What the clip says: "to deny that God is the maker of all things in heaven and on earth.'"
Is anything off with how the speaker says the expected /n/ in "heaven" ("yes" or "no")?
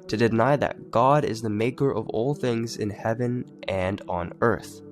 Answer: no